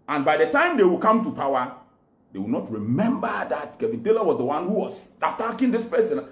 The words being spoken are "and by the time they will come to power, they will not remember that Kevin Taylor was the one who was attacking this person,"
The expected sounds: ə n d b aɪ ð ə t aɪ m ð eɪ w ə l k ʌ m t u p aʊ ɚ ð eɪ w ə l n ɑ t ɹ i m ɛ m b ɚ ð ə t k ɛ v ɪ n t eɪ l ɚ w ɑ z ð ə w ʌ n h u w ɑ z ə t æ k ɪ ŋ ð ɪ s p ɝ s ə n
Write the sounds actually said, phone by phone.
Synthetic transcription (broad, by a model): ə n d b aɪ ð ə t aɪ m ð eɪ w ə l k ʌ m t u p aʊ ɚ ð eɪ w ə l n ɑ t ɹ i m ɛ m b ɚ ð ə t k ɛ v ɪ n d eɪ l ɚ w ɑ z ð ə w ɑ n h u w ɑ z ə t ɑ k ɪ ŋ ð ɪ s p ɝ s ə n